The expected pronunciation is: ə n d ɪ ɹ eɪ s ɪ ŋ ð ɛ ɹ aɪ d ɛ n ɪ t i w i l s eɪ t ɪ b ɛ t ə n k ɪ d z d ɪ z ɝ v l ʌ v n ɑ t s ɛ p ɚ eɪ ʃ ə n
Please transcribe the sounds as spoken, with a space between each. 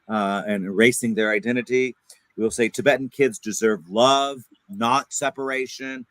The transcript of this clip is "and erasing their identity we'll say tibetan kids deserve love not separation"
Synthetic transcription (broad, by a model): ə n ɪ ɹ eɪ s ɪ ŋ ð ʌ ɹ aɪ d ɛ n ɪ t i w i l s eɪ t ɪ b ɛ t n k ɪ d z d ɪ z ɝ v l ʌ v n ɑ t s ɛ p ɚ eɪ ʃ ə n